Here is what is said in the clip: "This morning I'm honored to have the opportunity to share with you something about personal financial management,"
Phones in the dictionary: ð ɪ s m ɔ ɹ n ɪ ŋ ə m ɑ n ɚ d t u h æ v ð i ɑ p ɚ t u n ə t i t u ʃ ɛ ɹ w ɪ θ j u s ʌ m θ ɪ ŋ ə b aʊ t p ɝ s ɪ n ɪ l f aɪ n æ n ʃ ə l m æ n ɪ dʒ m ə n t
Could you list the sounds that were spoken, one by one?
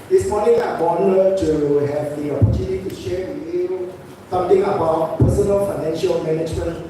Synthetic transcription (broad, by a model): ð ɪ s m ɔ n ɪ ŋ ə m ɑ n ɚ t u h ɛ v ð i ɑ p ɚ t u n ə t i t u ʃ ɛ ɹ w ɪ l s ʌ m t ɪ ŋ ə b aʊ t p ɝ s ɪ n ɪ l f aɪ n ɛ n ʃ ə l m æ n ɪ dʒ m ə n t